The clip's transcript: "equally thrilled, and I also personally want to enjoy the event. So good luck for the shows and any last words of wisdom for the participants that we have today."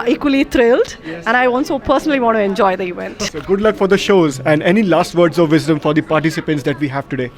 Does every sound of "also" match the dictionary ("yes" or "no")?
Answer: no